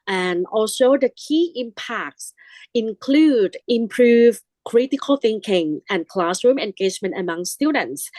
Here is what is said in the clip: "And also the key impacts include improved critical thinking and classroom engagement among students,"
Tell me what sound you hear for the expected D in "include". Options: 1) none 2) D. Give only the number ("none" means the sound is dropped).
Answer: 2